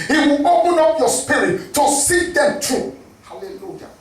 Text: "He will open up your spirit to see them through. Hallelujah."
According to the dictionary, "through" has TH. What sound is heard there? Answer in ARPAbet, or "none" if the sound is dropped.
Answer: T